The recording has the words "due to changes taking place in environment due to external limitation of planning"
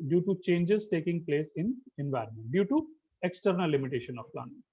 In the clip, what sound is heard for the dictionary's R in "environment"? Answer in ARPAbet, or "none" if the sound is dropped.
R